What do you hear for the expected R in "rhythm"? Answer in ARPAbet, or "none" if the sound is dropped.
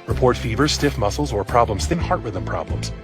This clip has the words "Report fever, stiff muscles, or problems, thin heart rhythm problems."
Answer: W